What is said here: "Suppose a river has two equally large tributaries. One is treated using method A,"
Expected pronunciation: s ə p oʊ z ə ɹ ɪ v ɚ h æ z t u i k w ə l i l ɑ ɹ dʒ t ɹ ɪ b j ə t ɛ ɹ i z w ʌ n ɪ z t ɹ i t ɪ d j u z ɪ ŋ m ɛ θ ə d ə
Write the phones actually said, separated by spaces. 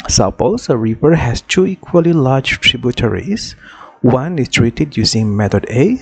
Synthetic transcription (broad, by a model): s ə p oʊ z ə ɹ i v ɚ h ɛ s t u i k w ə l i l ɑ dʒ t ɹ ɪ b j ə t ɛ ɹ i s w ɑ n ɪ s t ɹ i t ɪ d j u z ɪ ŋ m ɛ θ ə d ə